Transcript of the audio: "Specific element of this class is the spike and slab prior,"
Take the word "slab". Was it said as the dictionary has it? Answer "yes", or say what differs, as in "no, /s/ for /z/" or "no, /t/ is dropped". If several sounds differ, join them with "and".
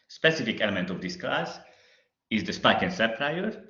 no, /l/ is dropped